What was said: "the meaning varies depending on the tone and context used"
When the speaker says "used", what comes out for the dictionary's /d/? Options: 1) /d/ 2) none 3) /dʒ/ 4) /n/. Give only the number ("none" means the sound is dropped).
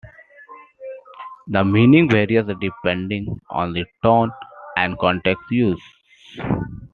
2